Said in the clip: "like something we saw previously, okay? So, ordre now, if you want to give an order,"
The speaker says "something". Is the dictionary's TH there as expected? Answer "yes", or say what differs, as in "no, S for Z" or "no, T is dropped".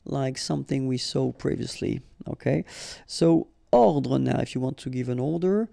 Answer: yes